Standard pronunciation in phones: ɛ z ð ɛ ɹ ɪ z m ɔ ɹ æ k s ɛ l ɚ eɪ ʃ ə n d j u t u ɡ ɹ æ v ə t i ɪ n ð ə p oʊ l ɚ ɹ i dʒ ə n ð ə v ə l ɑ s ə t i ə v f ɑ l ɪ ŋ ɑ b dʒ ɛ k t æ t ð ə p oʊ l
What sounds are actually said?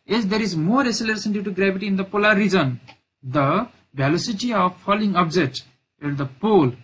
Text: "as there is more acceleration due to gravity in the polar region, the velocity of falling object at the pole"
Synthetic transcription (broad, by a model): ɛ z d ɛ ɹ ɪ z m ɔ ɹ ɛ s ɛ l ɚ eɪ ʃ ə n d j u t u ɡ ɹ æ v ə t i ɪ n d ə p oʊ l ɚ ɹ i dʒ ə n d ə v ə l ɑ s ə t i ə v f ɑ l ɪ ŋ ɑ b dʒ ɛ k t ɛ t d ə p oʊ l